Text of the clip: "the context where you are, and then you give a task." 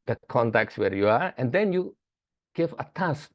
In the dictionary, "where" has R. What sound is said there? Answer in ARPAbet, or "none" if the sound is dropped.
R